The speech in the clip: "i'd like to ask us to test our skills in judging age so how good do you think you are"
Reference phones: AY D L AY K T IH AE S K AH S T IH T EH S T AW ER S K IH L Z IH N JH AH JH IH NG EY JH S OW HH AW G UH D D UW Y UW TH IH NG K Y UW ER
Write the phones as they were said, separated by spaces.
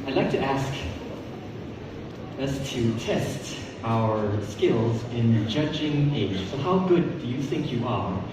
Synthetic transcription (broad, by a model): AY D L AY K T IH AE S K AH S T IH T EH S T AW ER S K IH L Z IH N JH AH JH IH NG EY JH S OW HH AW G UH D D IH Y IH TH IH NG K Y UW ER